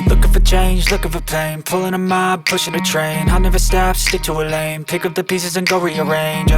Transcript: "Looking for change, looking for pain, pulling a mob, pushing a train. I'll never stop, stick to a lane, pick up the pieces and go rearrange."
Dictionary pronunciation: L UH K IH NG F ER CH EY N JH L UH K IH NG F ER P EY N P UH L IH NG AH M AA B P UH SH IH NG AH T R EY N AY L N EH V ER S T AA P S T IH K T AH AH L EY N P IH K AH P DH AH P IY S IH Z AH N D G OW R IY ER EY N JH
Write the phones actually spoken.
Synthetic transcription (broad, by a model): L UH K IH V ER CH EY N JH L UH K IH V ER P EY N P UH L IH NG AH M AA B P UH SH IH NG AH T R EY N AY N EH V ER S T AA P S T IH K T AH AH L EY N P IH K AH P DH AH P IY S IH Z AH N G OW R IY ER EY N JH